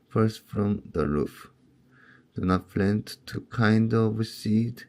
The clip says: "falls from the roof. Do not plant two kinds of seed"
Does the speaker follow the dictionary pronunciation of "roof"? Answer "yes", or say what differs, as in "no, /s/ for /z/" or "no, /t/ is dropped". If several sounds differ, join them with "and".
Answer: yes